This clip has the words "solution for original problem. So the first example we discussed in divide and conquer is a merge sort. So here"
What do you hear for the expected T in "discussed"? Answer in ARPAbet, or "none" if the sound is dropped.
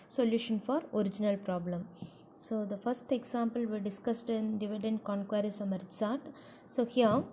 T